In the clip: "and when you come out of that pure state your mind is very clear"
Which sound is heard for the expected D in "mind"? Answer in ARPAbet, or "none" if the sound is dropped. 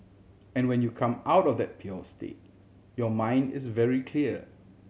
D